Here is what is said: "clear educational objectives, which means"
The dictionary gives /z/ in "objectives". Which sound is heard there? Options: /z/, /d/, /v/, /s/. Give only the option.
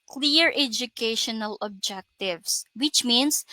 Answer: /s/